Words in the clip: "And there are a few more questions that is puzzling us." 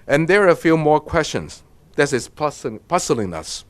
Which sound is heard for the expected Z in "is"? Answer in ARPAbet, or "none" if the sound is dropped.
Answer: S